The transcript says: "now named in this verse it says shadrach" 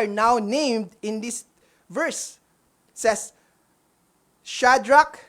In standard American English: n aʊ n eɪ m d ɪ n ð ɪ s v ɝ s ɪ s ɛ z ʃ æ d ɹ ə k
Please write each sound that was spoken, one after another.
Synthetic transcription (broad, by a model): n aʊ n eɪ m d ɪ n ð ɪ s v ɝ s ɪ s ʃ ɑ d ɹ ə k